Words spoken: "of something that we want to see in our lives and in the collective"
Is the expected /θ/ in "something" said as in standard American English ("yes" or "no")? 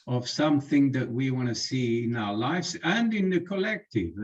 yes